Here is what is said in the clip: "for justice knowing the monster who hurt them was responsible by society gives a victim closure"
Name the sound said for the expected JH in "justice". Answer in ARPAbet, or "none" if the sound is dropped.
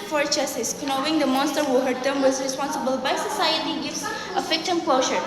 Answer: CH